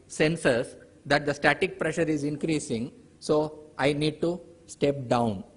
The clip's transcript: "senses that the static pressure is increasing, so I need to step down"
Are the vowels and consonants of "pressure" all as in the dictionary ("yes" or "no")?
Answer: yes